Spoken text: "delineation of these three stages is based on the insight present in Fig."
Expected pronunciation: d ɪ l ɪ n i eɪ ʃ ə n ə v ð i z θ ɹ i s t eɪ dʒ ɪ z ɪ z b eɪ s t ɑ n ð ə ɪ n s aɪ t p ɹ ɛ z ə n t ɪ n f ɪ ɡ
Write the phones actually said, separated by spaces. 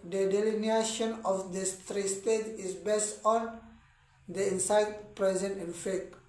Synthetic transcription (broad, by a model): d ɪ l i n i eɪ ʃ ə n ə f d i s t ɹ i s t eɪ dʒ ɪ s b eɪ s t ɑ n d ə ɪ n s aɪ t p ɹ ɛ z ə n t ɪ n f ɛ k